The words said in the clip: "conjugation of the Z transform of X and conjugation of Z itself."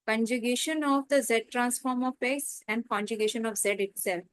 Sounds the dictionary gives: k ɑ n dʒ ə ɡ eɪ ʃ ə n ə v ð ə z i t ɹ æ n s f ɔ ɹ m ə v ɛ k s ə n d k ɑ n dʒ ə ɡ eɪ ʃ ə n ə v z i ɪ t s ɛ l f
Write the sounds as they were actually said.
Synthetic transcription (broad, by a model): k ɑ n dʒ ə ɡ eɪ ʃ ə n ə v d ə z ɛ t ɹ æ n s f ɔ ɹ m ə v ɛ s ə n d k ɑ n dʒ ə ɡ eɪ ʃ ə n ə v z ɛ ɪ t s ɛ l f